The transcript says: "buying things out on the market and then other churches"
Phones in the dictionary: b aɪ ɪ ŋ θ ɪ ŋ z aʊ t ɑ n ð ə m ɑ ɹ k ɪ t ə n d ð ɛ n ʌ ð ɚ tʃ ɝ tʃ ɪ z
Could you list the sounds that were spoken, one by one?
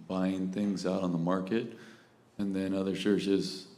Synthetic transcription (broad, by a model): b aɪ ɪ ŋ θ ɪ ŋ z aʊ t n ð ə m ɑ ɹ k ɪ t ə n ð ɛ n ʌ ð ɚ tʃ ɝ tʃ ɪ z